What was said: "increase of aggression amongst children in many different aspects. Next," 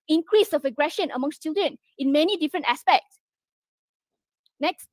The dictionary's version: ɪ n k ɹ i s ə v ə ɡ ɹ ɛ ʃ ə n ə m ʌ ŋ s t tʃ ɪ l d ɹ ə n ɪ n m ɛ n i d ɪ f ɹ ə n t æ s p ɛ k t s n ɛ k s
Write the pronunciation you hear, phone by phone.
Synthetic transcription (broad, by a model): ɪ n k ɹ i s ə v ə ɡ ɹ ɛ ʃ ə n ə m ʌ ŋ s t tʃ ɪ l d ɹ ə n ɪ n m ɛ n i d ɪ f ɹ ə n t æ s p ɛ k t s n ɛ k s